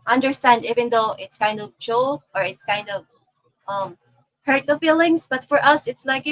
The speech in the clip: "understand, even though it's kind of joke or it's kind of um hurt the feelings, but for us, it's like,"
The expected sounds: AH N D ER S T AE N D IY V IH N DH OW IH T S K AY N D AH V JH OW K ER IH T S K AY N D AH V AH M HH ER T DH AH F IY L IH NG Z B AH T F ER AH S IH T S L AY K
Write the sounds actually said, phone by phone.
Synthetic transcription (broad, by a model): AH N D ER S T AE N D IY V IH N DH OW IH T S K AY N D AH V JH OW ER IH T S K AY N D AH V AH M HH ER T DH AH F IY L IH NG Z B AH T F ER AH S IH T S L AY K